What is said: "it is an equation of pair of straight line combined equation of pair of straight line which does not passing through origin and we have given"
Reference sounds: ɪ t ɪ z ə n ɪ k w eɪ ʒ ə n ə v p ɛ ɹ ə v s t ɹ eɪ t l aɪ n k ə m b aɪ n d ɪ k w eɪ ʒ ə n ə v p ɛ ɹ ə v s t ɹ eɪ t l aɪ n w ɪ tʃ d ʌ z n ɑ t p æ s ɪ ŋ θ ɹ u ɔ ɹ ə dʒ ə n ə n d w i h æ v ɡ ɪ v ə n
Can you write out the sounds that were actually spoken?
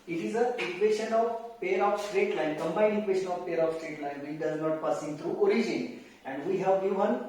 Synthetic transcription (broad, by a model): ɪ t ɪ z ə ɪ k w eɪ ʃ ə n ə v p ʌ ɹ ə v s t ɹ eɪ t l aɪ n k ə m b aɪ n ɪ k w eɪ ʃ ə n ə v p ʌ ɹ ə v s t ɹ eɪ t l aɪ n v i d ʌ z n ɑ t p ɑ s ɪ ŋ t ɹ u ɔ ɹ ə dʒ ə n ə n d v i h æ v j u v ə n